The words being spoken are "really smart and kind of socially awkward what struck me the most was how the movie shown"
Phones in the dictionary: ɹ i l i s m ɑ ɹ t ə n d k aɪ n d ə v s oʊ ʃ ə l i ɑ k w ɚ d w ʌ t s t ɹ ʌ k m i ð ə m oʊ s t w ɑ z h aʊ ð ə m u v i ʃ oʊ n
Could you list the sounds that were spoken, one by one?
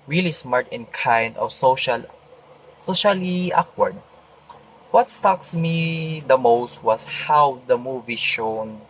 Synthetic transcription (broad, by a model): ɹ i l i s m ɑ ɹ t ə n k aɪ n d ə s s oʊ ʃ ə l i ɑ k w ɚ d w ʌ t s t ɑ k m i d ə m oʊ s t w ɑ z h aʊ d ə m u v i ʃ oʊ n